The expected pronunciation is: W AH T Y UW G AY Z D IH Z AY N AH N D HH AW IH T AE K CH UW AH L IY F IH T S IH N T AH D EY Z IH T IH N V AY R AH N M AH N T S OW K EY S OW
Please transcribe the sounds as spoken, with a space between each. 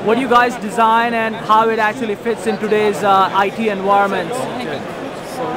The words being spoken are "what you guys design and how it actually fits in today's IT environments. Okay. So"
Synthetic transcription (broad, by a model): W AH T Y UW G AY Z D IH Z AY N AH N D HH AW IH T AE K CH UW AH L IY F IH T S IH N T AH D EY Z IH T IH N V AY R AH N M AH N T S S